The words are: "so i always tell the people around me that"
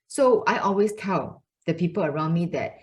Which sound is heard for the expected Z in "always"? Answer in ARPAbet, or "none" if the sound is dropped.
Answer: S